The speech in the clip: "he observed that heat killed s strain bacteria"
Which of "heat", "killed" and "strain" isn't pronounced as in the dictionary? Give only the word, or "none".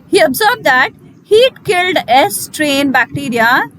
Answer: none